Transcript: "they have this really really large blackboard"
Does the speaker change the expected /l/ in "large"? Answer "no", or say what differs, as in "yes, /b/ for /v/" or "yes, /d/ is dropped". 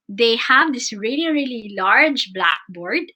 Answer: no